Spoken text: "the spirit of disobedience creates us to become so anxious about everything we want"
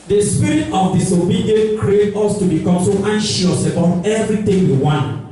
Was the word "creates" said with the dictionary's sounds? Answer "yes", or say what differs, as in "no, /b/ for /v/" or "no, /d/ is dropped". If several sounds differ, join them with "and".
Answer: no, /s/ is dropped